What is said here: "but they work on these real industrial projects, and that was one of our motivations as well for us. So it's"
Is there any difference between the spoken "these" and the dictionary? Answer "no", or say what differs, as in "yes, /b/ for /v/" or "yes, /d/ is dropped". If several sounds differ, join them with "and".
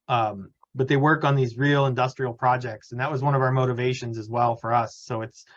no